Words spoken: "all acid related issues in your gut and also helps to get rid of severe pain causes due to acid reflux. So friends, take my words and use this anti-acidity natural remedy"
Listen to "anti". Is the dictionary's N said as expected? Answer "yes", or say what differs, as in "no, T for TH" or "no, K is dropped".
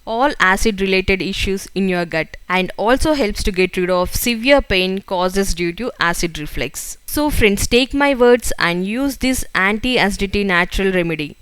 yes